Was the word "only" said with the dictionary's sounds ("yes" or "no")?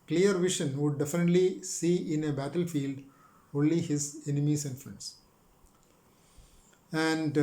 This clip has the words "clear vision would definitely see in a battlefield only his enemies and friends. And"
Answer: yes